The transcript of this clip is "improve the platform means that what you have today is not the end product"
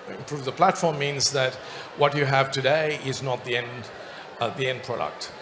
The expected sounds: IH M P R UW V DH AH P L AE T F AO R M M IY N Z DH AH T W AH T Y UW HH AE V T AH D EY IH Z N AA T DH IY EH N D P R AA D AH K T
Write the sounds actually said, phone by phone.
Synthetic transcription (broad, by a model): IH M P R UW V DH AH P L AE T F AO R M M IY N Z DH AH T W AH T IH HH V T AH D EY IH Z N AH T DH IY EH N D P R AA D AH K T